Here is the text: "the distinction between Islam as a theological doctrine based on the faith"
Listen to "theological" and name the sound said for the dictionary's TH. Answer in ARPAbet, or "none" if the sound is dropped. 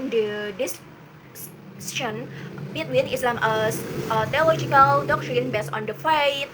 T